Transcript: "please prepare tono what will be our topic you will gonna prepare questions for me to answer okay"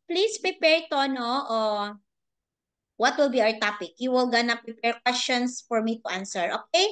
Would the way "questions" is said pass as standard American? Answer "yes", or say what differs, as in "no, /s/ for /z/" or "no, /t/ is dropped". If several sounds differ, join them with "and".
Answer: no, /s/ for /z/